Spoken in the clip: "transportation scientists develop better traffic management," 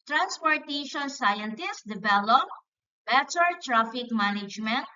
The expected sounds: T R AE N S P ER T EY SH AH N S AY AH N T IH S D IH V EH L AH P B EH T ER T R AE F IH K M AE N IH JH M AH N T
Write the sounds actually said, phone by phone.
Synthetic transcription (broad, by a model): T R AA N S P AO T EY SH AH N S AY AH N T IH S D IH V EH L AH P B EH S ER T R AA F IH K M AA N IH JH M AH N T